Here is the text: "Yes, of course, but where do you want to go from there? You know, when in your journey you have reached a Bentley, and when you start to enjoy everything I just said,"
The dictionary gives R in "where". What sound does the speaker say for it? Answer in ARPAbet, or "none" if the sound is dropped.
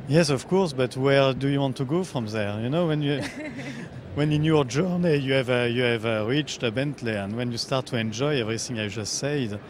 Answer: R